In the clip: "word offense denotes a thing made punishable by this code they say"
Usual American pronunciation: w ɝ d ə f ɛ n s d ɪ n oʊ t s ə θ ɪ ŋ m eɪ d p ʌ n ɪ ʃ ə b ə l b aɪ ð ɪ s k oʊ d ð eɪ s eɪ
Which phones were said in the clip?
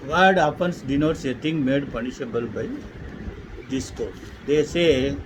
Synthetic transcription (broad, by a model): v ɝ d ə p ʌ n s d ɪ n oʊ t s ə t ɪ ŋ m eɪ d p ʌ n ɪ ʃ ə b ə l b aɪ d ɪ s k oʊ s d eɪ s eɪ